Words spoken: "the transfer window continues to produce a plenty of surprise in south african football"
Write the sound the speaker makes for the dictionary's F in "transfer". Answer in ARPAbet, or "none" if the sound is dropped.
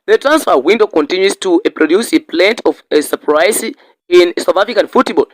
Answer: F